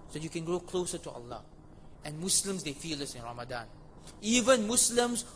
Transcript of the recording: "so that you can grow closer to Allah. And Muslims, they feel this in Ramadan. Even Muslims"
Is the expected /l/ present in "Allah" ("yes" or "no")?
yes